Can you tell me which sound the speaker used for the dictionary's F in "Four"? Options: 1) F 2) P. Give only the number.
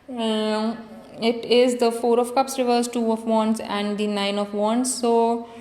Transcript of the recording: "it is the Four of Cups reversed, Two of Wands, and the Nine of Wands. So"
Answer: 1